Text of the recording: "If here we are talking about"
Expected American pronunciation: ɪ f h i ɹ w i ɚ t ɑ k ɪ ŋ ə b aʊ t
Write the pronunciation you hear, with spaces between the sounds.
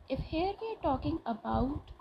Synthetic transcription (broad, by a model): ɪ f h i ɹ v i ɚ t ɑ k ɪ ŋ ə b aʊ t